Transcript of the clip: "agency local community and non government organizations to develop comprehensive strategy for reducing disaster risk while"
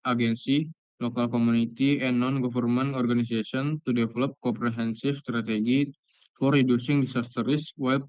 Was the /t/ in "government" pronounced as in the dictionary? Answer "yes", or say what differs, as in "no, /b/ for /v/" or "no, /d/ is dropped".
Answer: no, /t/ is dropped